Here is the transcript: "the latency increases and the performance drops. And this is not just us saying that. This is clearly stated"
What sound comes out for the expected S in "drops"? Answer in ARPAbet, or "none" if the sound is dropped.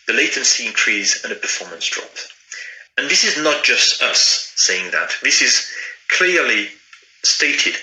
none